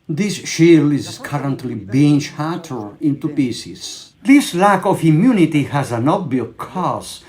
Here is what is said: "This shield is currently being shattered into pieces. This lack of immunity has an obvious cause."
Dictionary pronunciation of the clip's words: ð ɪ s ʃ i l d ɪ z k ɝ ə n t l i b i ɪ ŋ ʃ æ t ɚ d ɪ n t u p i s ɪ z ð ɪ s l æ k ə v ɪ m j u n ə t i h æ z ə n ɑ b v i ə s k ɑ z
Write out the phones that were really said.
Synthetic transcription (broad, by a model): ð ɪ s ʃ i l ɪ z k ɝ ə n t l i b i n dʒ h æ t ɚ ɪ n t u p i s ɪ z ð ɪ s l æ k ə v ɪ m j u n ə t i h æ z ə n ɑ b b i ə k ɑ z